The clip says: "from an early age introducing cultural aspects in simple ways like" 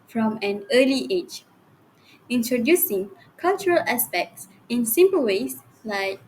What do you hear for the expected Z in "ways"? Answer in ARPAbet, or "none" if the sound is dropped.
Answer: S